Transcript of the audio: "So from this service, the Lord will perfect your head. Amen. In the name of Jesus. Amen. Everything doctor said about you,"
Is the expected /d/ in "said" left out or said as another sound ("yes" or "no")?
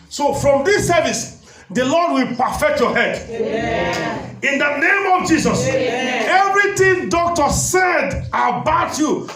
no